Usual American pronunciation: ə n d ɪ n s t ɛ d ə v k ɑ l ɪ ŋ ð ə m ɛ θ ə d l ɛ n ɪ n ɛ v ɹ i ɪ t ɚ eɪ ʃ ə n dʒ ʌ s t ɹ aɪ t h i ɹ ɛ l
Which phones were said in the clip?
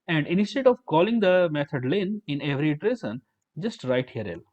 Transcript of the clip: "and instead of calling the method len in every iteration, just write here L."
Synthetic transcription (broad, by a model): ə n d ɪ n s t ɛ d ə v k ɑ l ɪ ŋ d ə m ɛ t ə d l ɛ n ɪ n ɛ v ɹ i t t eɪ s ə n dʒ ʌ s t ɹ aɪ t h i ɹ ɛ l